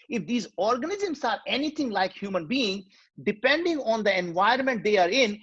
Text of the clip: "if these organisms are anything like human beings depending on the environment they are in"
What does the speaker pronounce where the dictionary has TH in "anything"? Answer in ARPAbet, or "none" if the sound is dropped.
T